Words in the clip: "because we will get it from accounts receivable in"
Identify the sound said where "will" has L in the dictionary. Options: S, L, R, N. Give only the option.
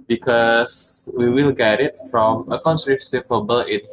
L